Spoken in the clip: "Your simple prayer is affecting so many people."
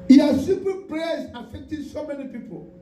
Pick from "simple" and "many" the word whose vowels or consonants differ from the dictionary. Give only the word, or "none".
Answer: simple